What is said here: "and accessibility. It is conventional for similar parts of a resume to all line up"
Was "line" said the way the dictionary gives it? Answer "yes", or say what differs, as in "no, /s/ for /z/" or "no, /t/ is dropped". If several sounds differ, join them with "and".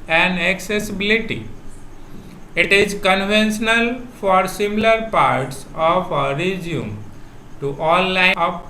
no, /n/ is dropped